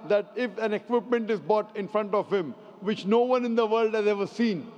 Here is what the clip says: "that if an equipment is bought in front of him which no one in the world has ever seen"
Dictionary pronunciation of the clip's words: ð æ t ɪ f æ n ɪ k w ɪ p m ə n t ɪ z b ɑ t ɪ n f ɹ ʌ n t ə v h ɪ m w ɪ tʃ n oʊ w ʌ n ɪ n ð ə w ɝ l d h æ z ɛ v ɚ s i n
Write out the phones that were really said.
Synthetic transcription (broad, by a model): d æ t ɪ f æ n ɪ k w ɪ p m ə n t ɪ z b ɑ t ɪ n f ɹ ʌ n t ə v h ɪ m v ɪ tʃ n oʊ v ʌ n ɪ n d ə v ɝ l d h æ z ɛ v ɚ s i n